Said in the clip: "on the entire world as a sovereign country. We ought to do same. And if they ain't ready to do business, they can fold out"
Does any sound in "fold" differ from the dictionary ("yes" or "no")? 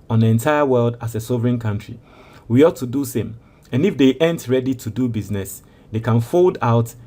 no